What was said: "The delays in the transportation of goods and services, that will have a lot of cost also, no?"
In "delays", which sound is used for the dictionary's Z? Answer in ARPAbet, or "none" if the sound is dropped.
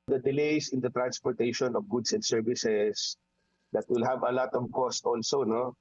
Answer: S